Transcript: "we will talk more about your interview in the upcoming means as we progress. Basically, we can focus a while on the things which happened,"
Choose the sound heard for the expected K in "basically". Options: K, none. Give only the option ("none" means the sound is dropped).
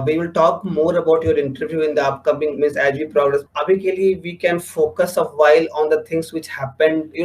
none